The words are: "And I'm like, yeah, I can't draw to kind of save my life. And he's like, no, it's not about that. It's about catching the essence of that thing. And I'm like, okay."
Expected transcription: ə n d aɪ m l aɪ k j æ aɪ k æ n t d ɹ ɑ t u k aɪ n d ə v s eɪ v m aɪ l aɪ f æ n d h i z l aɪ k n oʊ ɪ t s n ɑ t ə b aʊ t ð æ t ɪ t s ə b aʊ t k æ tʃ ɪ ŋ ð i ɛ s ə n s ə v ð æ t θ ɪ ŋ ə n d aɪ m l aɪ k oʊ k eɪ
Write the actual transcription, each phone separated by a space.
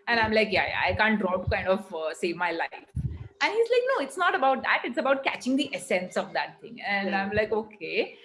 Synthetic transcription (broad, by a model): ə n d aɪ m l aɪ k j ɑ aɪ k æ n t d ɹ ɑ t u k aɪ n d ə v s eɪ v m aɪ l aɪ f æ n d h i z l aɪ k n oʊ ɪ t s n ɑ t ə b aʊ t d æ t ɪ t s ə b aʊ t k æ tʃ ɪ ŋ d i ɛ s ə n s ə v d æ t t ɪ ŋ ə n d aɪ m l aɪ k oʊ k eɪ